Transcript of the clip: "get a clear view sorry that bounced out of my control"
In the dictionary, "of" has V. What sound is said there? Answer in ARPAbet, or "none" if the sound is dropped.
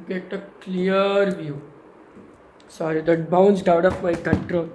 P